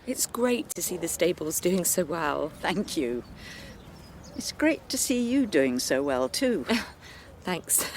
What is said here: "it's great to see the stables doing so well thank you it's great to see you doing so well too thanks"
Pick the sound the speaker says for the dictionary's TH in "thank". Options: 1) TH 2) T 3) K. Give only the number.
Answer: 1